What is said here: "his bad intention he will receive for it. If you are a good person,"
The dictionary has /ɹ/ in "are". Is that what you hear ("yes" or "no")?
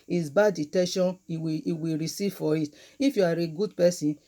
yes